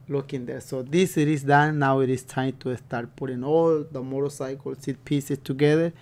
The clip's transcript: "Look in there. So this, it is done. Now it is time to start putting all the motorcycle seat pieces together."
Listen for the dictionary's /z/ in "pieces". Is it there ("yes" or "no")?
no